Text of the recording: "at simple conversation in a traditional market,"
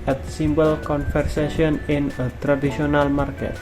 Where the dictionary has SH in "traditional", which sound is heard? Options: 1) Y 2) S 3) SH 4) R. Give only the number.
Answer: 2